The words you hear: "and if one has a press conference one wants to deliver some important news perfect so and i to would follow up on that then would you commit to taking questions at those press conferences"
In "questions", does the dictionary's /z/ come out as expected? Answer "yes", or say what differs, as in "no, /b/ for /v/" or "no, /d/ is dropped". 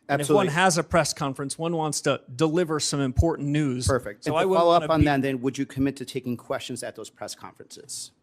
yes